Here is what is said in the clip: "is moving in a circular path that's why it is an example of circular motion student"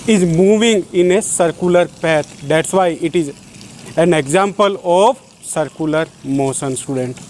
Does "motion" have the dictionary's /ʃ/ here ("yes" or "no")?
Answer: no